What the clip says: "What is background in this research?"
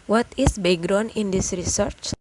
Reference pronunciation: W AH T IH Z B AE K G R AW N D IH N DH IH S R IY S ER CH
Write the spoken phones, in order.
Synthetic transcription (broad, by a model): W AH T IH S B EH G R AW N IH N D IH S R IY S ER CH